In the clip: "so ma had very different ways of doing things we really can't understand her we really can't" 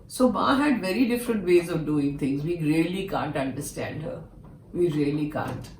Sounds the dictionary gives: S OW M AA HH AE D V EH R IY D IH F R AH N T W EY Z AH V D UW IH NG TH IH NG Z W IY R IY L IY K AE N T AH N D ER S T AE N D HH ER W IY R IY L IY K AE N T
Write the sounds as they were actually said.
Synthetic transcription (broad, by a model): S OW M AA HH AE D V EH R IY D IH F R AH N T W EY Z AH V D UW IH NG T IH NG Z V IY R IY L IY K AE N T AH N D ER S T AE N D HH ER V IY R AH L IY K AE N T